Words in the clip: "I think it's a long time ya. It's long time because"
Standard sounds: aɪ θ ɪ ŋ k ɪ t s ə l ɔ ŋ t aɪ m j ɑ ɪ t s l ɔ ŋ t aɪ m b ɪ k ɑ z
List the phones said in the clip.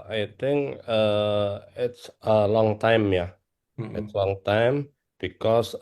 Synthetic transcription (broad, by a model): aɪ t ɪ ŋ k ɪ t s ə l ɔ ŋ t aɪ m j ɑ ɪ t s l ɔ ŋ t aɪ m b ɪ k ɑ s